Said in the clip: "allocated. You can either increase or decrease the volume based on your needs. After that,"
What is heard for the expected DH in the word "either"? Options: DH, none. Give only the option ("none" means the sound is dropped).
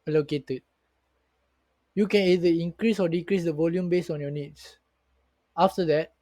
none